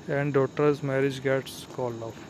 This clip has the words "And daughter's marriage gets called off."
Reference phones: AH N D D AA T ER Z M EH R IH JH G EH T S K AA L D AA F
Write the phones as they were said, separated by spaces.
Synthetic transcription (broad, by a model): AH N D D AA T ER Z M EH R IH JH G EH T S K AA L AA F